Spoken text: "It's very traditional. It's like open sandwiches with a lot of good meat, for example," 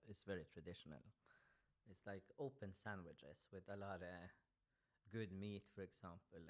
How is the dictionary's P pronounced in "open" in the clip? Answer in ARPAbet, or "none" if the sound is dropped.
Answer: P